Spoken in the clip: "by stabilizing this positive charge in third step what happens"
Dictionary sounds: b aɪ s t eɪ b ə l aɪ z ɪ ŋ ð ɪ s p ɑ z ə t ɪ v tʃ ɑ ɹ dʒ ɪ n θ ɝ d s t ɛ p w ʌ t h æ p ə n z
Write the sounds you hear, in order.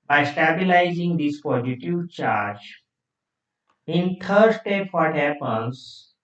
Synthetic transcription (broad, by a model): b aɪ s t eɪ b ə l aɪ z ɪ ŋ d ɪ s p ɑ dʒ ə t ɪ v tʃ ɑ ɹ dʒ ɪ n t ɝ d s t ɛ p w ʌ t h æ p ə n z